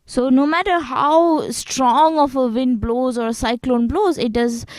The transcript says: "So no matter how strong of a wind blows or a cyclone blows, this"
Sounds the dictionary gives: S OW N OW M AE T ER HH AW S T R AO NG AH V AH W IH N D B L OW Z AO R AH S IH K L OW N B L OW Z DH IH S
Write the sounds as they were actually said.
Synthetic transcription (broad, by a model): S OW N OW M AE T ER HH AW S T R AO NG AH F AH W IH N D B L OW Z AO R AH S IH K L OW N B L OW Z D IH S